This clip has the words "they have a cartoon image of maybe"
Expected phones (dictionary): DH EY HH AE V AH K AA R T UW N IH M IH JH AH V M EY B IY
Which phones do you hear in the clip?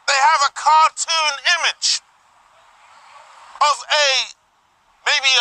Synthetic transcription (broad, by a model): DH EY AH V AH K AA R T UW N IH M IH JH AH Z M EY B IY